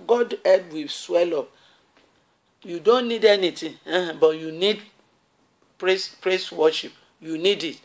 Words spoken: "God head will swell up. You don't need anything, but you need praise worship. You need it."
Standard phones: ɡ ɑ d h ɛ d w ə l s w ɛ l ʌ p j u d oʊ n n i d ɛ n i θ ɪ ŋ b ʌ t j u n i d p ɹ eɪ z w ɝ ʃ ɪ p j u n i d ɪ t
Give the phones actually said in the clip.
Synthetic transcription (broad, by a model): ɡ ɑ d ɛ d w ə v s w ɛ l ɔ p j u d oʊ n n i d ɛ n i t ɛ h b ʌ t j u n i d p ɹ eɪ s w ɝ ʃ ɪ p j u n i d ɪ t